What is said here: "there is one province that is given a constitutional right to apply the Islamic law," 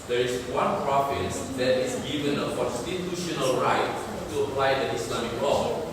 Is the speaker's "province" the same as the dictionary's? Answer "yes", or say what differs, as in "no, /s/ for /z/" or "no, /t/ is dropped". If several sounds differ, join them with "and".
no, /f/ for /v/